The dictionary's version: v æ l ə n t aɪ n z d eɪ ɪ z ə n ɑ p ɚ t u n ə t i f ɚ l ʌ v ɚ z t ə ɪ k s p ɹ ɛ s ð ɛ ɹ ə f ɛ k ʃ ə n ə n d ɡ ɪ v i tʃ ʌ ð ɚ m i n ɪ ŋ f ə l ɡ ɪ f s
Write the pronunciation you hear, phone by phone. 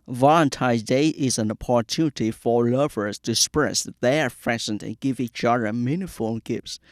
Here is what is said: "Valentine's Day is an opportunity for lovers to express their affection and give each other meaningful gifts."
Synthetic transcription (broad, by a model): v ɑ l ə n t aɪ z d eɪ ɪ z ə n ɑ p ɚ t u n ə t i f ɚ l ʌ v ɚ z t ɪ s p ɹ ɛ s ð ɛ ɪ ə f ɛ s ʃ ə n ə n ɡ ɪ v i tʃ ʌ ð ɚ m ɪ n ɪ f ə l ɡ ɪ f s